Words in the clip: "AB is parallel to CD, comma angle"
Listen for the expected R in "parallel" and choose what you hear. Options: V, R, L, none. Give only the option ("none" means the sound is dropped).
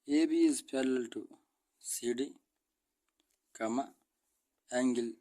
L